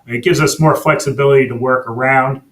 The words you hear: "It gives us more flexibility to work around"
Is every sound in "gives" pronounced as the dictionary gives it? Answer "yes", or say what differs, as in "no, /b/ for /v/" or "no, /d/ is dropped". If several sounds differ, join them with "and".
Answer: yes